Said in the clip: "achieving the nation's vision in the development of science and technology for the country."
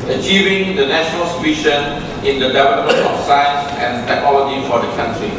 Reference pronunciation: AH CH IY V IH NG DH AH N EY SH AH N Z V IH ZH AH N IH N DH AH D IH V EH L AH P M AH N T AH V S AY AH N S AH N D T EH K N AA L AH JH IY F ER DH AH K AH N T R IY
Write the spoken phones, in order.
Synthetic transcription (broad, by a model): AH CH IY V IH NG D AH N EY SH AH N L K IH SH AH N IH N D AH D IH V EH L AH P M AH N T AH F S AY AH N S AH N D T EH K N AA L AH JH IY F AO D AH K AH N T R IY